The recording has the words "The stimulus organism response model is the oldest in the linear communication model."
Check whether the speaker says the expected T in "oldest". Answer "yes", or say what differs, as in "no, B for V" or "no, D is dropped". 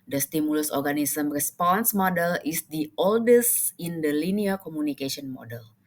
yes